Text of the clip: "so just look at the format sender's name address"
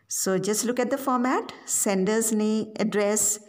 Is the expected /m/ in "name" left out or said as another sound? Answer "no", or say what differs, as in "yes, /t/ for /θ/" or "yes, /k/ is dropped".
yes, /m/ is dropped